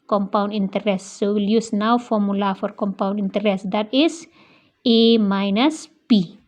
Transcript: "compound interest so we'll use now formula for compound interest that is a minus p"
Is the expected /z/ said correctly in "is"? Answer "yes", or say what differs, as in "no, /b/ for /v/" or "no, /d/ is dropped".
no, /s/ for /z/